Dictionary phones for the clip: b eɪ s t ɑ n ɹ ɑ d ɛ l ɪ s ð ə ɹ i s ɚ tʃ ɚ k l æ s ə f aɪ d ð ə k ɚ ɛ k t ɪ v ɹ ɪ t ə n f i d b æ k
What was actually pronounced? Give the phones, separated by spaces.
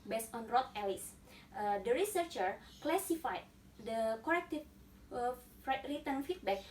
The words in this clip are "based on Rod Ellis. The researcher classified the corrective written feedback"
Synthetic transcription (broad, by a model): b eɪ s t ɑ n ɹ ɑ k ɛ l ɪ s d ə ɹ i s ɚ tʃ ɚ k l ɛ s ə f aɪ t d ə k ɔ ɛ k t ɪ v ɹ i t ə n f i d b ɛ k